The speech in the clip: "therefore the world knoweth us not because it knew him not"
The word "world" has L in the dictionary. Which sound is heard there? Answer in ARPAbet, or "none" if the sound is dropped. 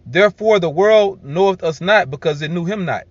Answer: L